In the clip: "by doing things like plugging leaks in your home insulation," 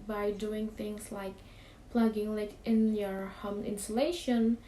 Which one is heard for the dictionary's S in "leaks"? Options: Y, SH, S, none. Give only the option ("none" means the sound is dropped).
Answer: none